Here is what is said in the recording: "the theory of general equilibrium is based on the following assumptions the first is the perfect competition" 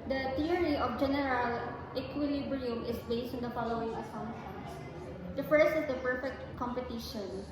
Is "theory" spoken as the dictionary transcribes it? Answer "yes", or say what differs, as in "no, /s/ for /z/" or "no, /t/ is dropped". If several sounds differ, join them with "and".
no, /t/ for /θ/